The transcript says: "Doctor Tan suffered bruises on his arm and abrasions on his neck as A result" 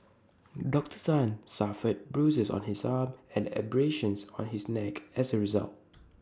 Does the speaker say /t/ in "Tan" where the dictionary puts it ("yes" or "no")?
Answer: no